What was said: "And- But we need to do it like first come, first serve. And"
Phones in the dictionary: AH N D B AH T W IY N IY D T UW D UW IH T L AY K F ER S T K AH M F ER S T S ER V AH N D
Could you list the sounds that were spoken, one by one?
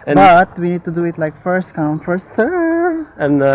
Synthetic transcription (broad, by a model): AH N B AH T W IY N IY D T UW D UW IH T L AY K F ER S T K AH M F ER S S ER AH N